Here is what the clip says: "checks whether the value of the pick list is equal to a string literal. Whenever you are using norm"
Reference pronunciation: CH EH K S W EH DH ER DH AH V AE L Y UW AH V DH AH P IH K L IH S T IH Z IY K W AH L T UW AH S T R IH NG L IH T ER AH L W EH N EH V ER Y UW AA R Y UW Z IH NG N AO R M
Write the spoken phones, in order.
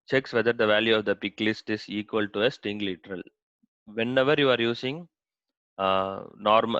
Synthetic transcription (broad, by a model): CH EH K S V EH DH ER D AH V AE L Y UW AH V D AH P IH K L IH S T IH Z IY K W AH L T UW AH S T IH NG L IH T ER AH L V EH N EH V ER Y UW AA R Y UW S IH NG N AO R M